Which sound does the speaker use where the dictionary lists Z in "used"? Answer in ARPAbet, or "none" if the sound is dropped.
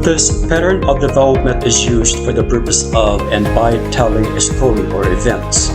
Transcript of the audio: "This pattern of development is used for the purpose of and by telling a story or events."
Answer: Z